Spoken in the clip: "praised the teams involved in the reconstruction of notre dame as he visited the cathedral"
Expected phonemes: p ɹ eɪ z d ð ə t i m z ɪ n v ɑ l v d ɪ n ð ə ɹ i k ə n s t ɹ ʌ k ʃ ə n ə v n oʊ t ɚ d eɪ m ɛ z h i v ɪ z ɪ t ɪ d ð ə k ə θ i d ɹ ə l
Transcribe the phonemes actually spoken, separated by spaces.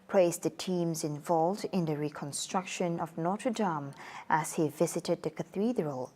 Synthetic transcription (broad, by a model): p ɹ eɪ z ð ə t i m z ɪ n v ɑ l v d ɪ n ð ə ɹ i k ə n s t ɹ ʌ k ʃ ə n ə v n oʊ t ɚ d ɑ m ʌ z h i v ɪ z ɪ t ɪ d ð ə k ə θ i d ɹ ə l